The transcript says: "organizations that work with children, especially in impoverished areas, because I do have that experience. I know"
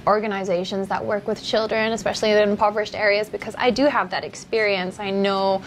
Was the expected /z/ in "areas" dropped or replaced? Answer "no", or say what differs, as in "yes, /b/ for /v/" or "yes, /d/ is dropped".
no